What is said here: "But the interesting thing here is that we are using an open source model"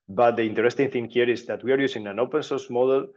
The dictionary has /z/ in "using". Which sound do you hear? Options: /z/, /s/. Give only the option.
/s/